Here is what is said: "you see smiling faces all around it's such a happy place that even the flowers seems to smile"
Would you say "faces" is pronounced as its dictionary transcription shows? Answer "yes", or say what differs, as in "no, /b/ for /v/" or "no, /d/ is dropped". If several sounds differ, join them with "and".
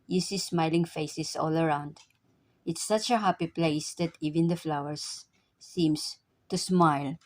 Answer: no, /s/ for /z/